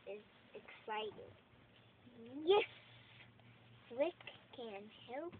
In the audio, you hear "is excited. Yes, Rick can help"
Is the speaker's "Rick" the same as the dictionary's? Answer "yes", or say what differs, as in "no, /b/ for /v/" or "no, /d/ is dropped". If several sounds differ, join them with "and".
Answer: no, /w/ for /ɹ/